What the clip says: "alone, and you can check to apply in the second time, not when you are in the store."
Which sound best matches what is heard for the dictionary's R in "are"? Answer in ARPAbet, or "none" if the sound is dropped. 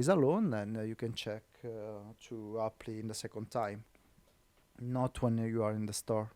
R